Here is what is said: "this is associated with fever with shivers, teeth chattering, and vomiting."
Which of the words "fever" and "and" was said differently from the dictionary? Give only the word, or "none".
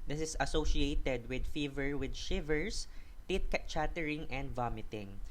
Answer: none